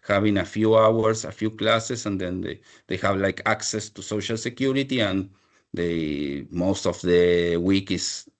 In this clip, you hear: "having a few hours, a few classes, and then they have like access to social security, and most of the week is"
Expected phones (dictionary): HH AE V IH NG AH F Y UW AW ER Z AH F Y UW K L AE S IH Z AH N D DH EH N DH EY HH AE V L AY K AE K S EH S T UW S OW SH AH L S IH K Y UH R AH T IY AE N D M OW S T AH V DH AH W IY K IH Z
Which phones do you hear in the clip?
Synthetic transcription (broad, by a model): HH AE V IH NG AH F Y UW AW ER S AH F Y UW K L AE S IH S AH N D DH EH N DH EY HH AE V L AY K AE K S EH S T UW S OW SH AH L S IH K Y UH R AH T IY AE N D M OW S T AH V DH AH W IY K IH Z